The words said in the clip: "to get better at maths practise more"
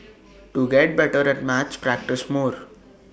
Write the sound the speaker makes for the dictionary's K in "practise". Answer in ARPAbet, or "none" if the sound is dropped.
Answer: K